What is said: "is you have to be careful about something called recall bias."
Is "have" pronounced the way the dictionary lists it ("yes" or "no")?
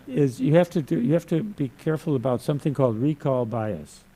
no